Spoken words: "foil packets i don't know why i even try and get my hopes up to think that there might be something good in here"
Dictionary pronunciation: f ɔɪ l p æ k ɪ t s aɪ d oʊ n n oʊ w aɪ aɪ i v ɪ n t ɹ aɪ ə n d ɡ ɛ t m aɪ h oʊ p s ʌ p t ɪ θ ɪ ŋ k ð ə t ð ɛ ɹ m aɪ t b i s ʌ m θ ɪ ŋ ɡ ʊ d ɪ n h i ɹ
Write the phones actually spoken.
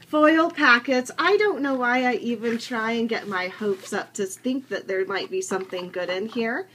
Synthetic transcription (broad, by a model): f ɔɪ l p æ k ɪ t s aɪ d oʊ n n oʊ w aɪ aɪ i v ɪ n t ɹ aɪ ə n ɡ ɛ t m aɪ h oʊ p s ʌ p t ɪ θ ɪ ŋ k ð ə t ð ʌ ɹ m aɪ t b i s ʌ m θ ɪ ŋ ɡ ʊ d ɪ n h i ɹ